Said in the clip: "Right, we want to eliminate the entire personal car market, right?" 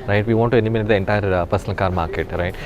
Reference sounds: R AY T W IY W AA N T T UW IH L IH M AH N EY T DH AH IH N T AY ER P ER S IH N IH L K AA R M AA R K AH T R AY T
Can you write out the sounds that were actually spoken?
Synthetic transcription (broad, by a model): R AY T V IY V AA N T T UW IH N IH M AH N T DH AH IH N T AY ER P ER S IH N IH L K AA R M AA R K AH T R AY T